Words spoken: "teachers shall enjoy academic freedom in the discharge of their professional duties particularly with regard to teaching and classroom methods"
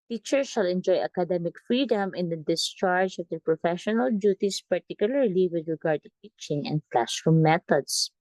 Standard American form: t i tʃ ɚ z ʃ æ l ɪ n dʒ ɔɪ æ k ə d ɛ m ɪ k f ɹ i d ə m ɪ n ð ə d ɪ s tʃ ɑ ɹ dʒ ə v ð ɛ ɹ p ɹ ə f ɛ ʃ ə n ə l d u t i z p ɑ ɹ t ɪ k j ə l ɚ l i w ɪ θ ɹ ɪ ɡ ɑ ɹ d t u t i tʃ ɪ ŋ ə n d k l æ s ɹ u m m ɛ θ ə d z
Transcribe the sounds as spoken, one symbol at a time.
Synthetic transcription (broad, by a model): t i tʃ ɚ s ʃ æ l ɪ n dʒ ɔɪ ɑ k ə d ɛ m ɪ k f ɹ i d ə m ɪ n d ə d ɪ s tʃ ɑ ɹ dʒ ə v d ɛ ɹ p ɹ ə f ɛ ʃ ə n ə l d u t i s p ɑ ɹ t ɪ k j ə l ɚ l i w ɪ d ɹ ɪ ɡ ɑ ɹ d t u t i tʃ ɪ ŋ ə n d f l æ ʃ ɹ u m m ɛ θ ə d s